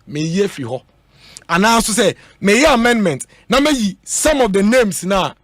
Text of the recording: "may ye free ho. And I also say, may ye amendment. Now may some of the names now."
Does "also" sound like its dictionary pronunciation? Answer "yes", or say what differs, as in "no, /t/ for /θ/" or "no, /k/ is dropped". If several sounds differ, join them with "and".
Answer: no, /n/ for /l/